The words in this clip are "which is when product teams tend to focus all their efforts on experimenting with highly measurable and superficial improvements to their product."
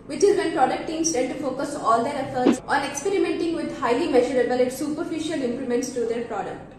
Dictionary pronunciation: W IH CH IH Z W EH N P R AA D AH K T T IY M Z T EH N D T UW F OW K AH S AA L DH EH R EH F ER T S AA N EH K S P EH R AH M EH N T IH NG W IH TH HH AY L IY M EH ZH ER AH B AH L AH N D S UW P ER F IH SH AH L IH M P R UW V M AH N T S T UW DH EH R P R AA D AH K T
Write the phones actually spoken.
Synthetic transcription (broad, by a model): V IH CH IH Z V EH N P R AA D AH K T T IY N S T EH D T UW F OW K AH S AA L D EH R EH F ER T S AA N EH K S P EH R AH M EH N T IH NG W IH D HH AY L IY M EH ZH ER AH B AH L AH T S UW P ER F IH SH AH L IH M P L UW M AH N T S T UW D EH R P R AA D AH K T